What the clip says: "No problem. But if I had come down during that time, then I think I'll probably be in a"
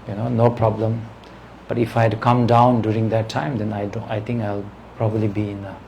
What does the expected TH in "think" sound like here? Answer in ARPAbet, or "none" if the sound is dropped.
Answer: T